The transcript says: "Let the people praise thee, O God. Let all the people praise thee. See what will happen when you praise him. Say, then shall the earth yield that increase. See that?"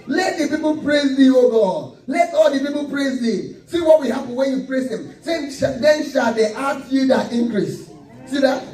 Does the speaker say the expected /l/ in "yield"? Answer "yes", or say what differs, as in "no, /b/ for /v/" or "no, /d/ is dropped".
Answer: no, /l/ is dropped